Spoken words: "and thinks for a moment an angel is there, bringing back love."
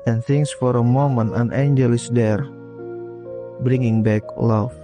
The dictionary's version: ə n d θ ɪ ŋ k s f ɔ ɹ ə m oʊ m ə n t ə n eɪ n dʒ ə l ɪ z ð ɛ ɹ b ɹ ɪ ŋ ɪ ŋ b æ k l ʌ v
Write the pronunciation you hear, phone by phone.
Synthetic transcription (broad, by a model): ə n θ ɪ ŋ s f ɔ ɹ ə m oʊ m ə n ə n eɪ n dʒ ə l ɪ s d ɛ ɹ b ɹ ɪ ŋ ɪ ŋ b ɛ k l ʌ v